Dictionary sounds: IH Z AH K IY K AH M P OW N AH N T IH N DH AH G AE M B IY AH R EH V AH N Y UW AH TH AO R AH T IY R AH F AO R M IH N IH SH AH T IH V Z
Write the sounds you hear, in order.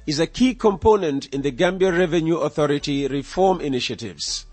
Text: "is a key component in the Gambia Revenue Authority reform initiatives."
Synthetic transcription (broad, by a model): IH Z AH K IY K AH M P OW N AH N T IH N DH AH G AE M B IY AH R EH V AH N Y UW AH TH AO R AH T IY R AH F AO R M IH N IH SH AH T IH V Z